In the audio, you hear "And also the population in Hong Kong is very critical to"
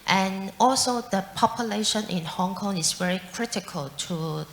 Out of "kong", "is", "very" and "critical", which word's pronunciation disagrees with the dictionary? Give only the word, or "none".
is